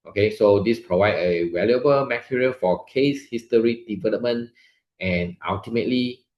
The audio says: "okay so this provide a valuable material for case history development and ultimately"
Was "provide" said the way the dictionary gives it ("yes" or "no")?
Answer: yes